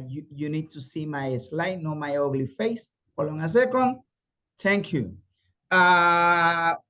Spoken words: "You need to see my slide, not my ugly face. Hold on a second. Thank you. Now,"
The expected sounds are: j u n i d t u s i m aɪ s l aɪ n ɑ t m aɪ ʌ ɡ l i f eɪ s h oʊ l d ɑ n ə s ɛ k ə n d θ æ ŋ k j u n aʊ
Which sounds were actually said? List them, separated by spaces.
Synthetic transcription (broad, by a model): j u n i d t u s i m aɪ s l aɪ n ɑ m aɪ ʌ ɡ l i f eɪ s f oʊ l ɑ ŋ ə s ɛ k ə n d t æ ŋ k j u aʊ